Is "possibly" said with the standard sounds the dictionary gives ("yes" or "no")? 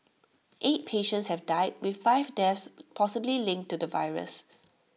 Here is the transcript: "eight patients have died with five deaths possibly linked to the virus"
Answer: yes